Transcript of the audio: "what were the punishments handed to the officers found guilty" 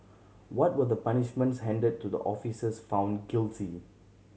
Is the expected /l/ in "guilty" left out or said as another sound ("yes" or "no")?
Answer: no